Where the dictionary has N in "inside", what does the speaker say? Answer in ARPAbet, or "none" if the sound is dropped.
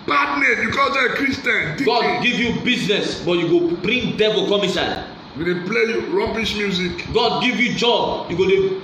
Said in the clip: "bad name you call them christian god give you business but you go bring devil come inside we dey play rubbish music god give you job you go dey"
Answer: none